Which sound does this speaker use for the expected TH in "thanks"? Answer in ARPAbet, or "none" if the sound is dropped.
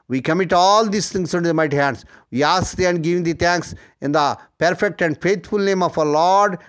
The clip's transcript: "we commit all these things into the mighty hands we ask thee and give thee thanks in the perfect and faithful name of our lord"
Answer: T